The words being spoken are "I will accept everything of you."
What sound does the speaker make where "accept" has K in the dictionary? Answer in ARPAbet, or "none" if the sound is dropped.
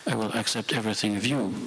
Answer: K